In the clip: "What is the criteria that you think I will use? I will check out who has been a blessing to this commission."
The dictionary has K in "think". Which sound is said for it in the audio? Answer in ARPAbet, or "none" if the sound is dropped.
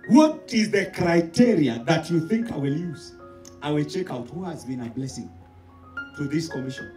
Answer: K